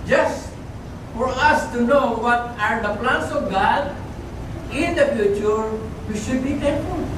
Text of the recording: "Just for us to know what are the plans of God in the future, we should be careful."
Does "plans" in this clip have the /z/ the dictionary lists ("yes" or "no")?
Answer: no